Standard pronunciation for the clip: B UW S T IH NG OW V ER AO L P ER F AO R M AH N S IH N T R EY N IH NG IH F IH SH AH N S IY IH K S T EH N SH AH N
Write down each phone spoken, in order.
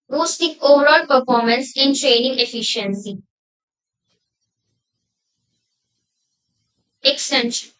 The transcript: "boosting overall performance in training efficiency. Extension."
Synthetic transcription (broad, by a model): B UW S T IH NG OW V ER AO L P ER F AO R M AH N S IH N T R EY N IH NG IH F IH SH AH N S IY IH K S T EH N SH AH